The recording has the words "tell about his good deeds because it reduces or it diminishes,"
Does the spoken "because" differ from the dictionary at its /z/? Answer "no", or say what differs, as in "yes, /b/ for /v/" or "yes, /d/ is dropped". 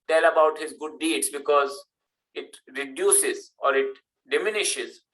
no